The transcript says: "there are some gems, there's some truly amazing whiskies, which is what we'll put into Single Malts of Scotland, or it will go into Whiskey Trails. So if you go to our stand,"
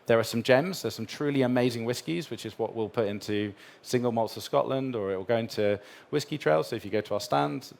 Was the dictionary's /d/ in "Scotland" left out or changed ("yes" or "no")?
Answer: no